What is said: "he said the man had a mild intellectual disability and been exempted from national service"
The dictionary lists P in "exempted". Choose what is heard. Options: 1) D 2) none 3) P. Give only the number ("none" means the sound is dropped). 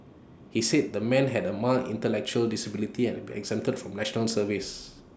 2